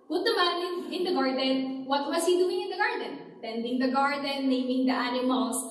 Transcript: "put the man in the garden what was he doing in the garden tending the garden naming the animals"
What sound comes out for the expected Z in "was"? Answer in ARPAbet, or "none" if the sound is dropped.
S